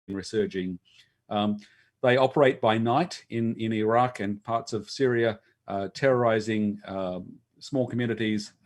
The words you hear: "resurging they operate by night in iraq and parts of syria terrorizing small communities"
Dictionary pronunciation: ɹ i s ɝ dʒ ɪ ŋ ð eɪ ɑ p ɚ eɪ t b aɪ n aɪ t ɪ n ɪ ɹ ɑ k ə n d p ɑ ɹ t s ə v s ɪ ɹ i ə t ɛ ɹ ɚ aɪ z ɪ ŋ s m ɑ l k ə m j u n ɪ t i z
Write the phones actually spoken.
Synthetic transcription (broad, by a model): ɹ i s ɝ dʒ ɪ ŋ ð eɪ ɑ p ɚ eɪ t b aɪ n aɪ t ɪ n ɪ ɹ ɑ k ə n p ɑ ɹ t s ə v s ɪ ɹ i ə t ɛ ɹ ɚ aɪ z ɪ ŋ s m ɑ l k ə m j u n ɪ t i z